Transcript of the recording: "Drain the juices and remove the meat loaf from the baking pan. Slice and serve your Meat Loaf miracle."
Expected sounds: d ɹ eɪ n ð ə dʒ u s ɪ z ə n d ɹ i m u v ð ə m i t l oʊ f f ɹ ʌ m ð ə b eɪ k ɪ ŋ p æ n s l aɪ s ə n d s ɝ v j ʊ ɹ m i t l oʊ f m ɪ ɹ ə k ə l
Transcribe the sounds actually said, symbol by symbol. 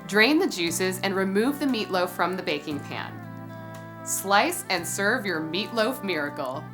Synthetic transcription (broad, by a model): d ɹ eɪ n ð ə dʒ u s ɪ z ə n ɹ i m u v ð ə m i t l oʊ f f ɹ ʌ m ð ə b eɪ k ɪ ŋ p æ n s l aɪ s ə n s ɝ v j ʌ ɹ m i t l oʊ f m ɪ ɹ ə k l